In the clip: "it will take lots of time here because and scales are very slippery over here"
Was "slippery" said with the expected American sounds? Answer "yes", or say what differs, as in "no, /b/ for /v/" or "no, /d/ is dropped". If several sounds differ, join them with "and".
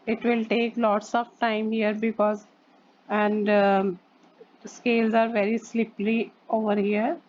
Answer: no, /l/ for /ɹ/